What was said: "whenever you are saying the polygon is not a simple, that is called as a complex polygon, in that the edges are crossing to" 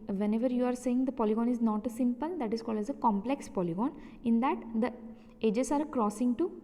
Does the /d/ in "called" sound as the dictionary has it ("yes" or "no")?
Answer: yes